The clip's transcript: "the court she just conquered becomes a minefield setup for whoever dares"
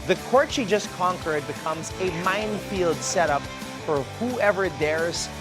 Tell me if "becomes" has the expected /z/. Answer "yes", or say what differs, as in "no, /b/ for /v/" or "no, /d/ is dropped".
yes